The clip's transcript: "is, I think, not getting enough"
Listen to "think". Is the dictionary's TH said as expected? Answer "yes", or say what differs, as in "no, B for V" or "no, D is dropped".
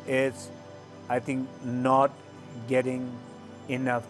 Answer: no, T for TH